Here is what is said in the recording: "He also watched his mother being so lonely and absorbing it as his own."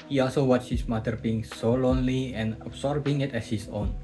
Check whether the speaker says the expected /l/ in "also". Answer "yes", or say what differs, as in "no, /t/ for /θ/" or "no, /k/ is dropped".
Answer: yes